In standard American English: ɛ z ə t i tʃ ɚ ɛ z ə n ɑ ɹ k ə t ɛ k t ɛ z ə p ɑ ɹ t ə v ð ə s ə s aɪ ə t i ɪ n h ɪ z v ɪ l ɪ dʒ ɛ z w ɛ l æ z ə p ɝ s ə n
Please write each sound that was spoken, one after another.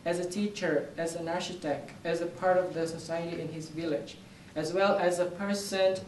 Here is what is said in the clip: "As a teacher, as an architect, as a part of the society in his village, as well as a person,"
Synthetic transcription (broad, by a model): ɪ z ə t i tʃ ɚ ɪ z ə n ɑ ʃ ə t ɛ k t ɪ z ə p ɑ ɹ t ə v ð ə s ə s aɪ ə t i ɪ n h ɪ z v ɪ l ɪ dʒ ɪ z w ɛ l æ z ə p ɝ s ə n